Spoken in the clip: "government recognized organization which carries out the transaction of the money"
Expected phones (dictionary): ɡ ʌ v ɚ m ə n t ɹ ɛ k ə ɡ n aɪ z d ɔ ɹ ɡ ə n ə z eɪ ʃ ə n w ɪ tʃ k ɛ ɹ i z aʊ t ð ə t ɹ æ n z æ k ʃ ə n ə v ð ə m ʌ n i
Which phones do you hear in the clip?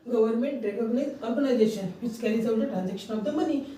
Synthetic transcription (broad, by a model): ɡ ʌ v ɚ m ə n t ɹ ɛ k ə ɡ n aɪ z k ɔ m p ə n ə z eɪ ʃ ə n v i s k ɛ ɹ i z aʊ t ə t ɹ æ n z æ k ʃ ə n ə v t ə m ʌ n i